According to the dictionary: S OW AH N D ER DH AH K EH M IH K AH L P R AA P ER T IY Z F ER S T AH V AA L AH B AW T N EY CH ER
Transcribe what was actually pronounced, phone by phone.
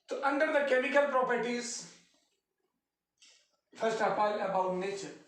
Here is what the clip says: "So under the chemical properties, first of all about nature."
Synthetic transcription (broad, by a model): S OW AH N D ER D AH K EH M IH K AH L P R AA P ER T IY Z F ER S T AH P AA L AH B AW T N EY CH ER